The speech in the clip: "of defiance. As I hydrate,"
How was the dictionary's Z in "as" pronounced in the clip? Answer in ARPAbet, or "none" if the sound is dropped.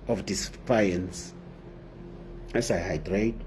S